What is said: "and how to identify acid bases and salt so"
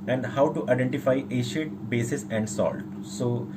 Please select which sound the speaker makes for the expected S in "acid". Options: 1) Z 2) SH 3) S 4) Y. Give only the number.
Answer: 2